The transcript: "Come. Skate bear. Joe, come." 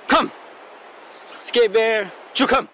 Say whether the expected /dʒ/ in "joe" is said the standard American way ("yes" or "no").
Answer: no